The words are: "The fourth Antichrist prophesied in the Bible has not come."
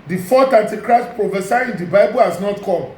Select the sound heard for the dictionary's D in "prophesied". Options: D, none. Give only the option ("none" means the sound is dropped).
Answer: none